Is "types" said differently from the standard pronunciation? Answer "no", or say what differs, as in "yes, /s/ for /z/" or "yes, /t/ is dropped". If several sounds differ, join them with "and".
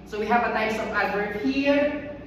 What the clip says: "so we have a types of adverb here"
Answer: yes, /p/ is dropped